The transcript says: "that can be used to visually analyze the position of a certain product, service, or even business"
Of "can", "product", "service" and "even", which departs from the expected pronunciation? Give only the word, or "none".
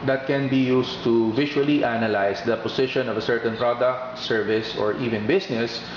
none